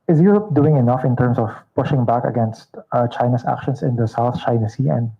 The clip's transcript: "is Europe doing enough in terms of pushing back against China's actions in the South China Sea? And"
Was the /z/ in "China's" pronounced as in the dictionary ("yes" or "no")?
no